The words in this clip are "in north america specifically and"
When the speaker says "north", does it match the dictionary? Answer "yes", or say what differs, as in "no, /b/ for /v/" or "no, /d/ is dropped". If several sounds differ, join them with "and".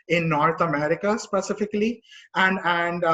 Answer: no, /t/ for /θ/